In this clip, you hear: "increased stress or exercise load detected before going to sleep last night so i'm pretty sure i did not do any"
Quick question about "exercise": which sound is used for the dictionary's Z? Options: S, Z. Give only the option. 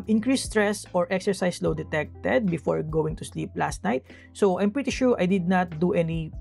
S